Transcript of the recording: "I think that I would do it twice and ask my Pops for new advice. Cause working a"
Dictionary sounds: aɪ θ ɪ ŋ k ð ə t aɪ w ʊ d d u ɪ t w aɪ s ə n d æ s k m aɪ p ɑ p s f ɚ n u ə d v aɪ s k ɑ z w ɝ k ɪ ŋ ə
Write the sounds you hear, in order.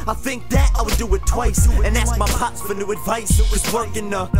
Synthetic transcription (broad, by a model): aɪ θ ɪ ŋ k ð ə t aɪ w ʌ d d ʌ ɪ t w aɪ s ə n æ s k m aɪ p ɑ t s f ɚ n u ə d v aɪ s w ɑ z w ɝ k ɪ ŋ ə